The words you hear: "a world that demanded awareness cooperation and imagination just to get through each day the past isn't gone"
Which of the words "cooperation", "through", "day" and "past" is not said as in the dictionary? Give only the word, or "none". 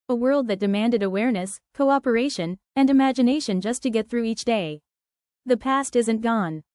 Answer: none